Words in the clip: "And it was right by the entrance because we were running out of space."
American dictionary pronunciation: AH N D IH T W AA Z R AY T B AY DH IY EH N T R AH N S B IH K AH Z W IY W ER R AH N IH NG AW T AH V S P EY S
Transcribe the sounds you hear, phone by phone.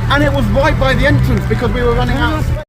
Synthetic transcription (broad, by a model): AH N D IH T W AA Z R AY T B AY DH IY EH N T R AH N S B IH K AH Z W IY W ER R AH N IH NG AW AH